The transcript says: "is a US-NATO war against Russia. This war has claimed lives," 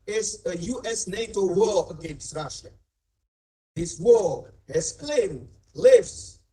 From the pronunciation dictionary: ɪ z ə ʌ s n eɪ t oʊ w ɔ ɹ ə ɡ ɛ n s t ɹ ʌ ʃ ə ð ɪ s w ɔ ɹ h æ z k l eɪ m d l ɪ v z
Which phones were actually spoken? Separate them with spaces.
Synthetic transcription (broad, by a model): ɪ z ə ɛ s n eɪ t oʊ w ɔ ə ɡ ɛ n s t ɹ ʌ ʃ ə ð ɪ s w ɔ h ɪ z k l eɪ m d l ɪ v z